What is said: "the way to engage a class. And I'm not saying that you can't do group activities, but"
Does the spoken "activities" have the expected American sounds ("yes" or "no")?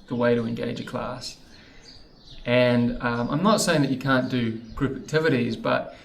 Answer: yes